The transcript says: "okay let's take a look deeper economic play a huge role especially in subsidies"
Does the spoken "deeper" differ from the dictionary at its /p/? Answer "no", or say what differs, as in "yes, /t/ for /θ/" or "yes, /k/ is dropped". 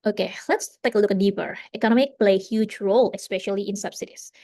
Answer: no